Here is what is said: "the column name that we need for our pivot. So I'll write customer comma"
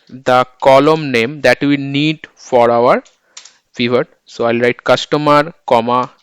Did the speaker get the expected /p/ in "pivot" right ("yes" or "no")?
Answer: no